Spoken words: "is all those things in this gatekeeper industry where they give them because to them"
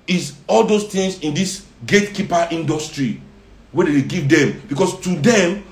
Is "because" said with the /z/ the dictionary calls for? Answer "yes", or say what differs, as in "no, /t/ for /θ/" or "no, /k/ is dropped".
no, /s/ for /z/